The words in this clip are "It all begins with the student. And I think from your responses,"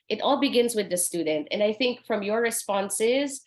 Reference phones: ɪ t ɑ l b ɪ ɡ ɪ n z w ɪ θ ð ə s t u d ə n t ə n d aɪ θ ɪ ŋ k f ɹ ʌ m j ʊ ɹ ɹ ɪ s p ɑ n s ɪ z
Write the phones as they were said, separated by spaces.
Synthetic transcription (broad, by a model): ɪ t ɑ l b ɪ ɡ ɪ n z w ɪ ð ə s t u d n t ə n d aɪ θ ɪ ŋ k f ɹ ʌ m j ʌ ɹ ɹ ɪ s p ɑ n s ɪ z